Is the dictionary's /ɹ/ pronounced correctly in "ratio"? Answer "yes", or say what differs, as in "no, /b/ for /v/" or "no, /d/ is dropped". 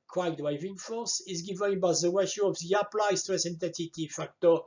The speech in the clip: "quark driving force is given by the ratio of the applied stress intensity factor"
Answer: no, /w/ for /ɹ/